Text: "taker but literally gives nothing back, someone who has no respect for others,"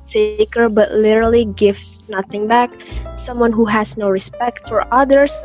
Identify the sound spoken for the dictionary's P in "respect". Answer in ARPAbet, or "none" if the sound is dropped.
P